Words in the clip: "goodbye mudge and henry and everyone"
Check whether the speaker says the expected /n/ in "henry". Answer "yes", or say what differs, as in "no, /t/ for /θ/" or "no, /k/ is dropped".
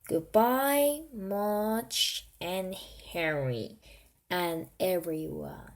no, /n/ is dropped